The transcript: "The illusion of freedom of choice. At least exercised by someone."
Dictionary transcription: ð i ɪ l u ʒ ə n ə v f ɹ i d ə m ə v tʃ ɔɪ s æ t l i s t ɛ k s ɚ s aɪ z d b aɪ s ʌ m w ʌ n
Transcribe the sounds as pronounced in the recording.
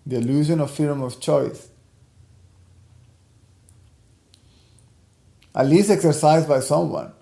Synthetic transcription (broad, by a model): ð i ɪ l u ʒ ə n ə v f i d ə m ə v tʃ ɔɪ s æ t l i s t ɛ k s ɚ s aɪ z d b aɪ s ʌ m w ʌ n